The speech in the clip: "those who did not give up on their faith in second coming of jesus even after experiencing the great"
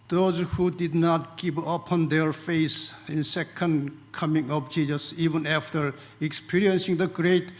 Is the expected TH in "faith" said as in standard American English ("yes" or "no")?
no